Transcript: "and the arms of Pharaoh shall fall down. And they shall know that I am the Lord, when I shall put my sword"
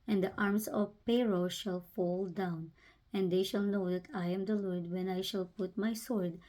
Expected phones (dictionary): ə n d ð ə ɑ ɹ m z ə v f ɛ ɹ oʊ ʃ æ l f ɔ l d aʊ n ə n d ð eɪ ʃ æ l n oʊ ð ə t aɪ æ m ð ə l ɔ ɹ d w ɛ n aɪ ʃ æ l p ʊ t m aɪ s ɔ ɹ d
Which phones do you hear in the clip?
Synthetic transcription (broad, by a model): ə n d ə ɑ ɹ m s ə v p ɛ ɹ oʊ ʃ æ l f ɔ l d aʊ n ə n d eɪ ʃ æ l n oʊ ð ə t aɪ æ m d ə l ɔ ɹ d w ɛ n aɪ ʃ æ l p ʊ t m aɪ s ɔ ɹ d